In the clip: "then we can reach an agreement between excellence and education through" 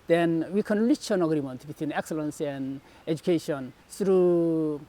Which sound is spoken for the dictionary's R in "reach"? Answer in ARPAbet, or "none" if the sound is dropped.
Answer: L